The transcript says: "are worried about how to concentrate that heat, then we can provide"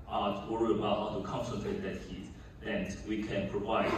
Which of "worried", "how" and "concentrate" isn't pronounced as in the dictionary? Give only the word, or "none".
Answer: worried